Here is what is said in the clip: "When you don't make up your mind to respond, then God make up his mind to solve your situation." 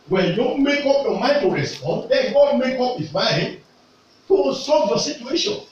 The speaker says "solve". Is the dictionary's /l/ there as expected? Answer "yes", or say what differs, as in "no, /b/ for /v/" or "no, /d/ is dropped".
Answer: no, /l/ is dropped